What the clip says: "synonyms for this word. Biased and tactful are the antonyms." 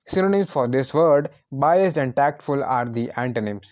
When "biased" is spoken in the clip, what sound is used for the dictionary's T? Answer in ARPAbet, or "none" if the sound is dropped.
T